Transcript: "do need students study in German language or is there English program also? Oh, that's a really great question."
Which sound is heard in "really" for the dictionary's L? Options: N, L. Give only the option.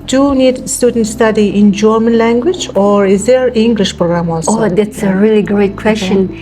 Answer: L